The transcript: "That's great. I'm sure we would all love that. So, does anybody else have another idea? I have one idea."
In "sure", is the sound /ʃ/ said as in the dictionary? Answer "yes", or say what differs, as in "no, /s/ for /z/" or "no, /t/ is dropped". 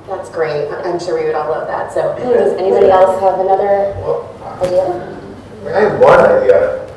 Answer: yes